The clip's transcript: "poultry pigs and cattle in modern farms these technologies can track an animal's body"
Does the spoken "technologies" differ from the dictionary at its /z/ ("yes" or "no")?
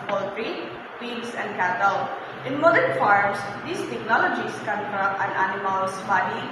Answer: yes